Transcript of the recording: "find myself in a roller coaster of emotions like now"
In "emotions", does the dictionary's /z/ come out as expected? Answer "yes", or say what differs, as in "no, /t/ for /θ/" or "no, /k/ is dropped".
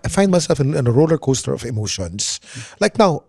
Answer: no, /s/ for /z/